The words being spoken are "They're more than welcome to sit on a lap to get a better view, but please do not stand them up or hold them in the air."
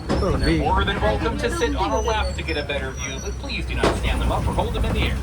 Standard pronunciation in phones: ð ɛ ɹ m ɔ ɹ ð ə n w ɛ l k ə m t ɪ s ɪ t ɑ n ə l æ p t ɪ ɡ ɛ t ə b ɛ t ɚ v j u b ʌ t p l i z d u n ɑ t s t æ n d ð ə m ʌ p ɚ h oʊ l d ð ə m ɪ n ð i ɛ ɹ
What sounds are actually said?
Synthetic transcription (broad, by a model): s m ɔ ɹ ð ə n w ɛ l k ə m t ɪ s ɪ t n ə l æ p t ɪ ɡ ɛ t ə b ɛ t ɚ v j u b ʌ t p l i z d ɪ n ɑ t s t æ n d ð ə m ʌ p ɚ h oʊ l d ð ə m ɪ n ð i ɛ ɹ